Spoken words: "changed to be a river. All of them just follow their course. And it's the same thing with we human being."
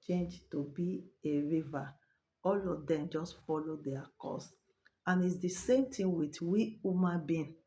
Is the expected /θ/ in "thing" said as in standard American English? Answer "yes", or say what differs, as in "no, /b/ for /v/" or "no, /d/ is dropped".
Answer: no, /t/ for /θ/